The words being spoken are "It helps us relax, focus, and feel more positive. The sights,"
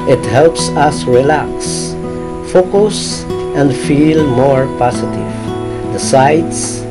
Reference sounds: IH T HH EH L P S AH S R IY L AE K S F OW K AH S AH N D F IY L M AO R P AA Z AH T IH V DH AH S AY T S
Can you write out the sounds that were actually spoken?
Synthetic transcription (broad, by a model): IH T HH EH L P S AH S R IY L AE K S F OW K AH S AH N D F IY L M AO R P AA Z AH T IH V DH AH S AY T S